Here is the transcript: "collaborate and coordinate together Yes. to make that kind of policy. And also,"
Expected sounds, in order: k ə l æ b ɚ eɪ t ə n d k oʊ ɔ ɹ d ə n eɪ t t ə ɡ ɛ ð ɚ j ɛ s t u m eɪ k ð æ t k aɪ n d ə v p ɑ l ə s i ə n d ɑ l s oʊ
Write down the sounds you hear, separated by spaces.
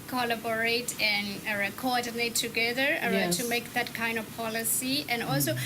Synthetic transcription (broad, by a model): k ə l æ b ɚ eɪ t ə n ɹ k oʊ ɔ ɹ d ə n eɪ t t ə ɡ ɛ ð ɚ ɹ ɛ t u m eɪ k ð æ t k aɪ n d ə v p ɑ l ə s i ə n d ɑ l s oʊ